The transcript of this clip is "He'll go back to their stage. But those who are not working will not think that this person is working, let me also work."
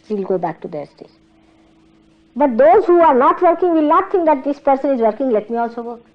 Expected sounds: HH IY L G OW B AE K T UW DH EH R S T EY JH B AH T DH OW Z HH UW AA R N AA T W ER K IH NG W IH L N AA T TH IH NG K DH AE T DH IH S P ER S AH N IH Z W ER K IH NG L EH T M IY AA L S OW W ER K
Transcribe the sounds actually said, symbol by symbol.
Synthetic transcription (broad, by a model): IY L G OW B AE K T UW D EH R S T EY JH B AH T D OW Z HH UW AA R N AA T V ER K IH NG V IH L N AA T T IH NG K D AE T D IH S P ER S AH N IH Z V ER K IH NG L EH T M IY AA L S OW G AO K